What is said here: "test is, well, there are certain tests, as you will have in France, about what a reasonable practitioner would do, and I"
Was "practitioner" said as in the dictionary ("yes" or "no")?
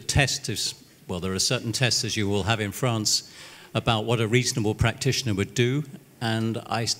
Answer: yes